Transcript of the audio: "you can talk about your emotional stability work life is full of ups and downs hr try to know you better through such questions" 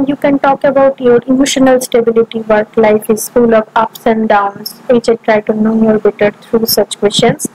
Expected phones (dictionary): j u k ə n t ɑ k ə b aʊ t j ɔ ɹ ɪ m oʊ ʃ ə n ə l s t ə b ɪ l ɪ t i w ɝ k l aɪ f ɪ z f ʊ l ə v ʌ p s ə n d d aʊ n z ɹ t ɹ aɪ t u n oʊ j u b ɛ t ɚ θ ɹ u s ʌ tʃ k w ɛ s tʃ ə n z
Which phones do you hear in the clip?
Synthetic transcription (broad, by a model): j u k ə n t ɑ k ə b aʊ t j ɔ ɹ ɪ m oʊ ʃ ə n ə l s t ə b ɪ l ɪ t i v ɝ k l aɪ f ɪ z f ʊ l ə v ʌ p s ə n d d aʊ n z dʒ t ɹ aɪ t u n oʊ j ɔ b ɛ t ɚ t ɹ u s ʌ tʃ k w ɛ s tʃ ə n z